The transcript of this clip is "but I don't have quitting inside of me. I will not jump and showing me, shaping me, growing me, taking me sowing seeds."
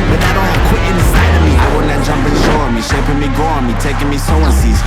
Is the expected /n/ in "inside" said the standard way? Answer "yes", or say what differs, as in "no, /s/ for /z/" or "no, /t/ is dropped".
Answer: no, /n/ is dropped